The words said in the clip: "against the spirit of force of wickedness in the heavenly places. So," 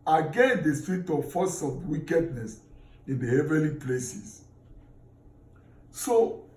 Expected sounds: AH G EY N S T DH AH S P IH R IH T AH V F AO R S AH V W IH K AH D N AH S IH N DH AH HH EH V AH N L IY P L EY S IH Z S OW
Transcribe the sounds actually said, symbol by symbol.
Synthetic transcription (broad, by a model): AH G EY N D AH S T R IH T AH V F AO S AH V W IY K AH D N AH S IH N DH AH HH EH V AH L IY P L EY S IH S S OW